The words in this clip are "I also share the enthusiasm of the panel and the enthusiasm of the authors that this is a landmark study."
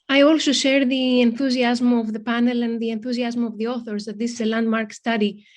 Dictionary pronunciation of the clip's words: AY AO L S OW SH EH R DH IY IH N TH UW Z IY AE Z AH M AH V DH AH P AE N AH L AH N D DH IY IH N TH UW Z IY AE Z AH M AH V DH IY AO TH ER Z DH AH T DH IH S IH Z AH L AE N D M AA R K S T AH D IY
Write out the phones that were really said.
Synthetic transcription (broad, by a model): AY AO L S OW SH EH R DH IY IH N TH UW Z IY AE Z M AH V DH AH P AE N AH L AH N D DH IY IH N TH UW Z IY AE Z M AH V DH IY AO TH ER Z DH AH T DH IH S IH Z AH L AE N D M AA R K S T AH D IY